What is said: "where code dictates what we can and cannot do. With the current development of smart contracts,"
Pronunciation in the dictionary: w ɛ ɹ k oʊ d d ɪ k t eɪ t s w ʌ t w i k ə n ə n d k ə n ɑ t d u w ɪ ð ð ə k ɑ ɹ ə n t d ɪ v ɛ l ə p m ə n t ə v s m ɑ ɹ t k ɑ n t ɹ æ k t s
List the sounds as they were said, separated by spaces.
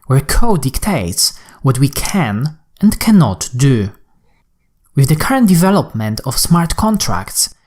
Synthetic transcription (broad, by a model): w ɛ ɹ k oʊ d d ɪ k t eɪ t s w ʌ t w i k ə n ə n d k ə n ɑ t d u w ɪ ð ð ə k ɑ ɹ ə n t d ɪ v ɛ l ə p m ə n t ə f s m ɑ ɹ t k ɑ n t ɹ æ k t s